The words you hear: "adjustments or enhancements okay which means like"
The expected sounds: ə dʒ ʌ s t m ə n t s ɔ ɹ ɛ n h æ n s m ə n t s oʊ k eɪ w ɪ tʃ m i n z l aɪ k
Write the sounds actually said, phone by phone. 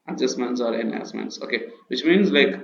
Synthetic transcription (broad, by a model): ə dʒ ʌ s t m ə n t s ɔ ɹ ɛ n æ s m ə n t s oʊ k eɪ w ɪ tʃ m i n z l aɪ k